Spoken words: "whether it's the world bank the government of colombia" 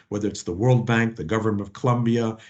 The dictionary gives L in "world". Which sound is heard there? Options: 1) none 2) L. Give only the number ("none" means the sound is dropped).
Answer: 2